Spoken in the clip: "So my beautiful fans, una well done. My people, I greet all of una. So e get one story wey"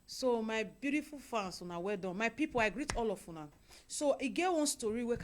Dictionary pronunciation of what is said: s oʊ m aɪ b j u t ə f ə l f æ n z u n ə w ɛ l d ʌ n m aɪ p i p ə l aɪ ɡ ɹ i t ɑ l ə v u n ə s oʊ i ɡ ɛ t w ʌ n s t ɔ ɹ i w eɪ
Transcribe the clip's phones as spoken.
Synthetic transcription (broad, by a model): s oʊ m aɪ b j u t ə f ə l f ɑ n s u n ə w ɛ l d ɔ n m aɪ p i p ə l aɪ ɡ ɹ i t ɑ l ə f u n ə s oʊ i ɡ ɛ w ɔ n s t ɔ ɹ i w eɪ